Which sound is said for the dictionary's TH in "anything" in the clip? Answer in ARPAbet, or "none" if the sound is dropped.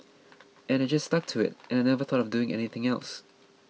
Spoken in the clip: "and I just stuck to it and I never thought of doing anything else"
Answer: TH